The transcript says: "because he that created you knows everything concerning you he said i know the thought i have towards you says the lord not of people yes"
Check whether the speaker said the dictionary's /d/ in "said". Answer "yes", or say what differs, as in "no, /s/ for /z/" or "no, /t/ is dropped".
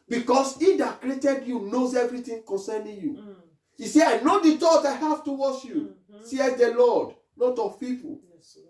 no, /d/ is dropped